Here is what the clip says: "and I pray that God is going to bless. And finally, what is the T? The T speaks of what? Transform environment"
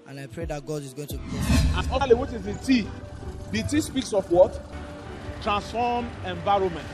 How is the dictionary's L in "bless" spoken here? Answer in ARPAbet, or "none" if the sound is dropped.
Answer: none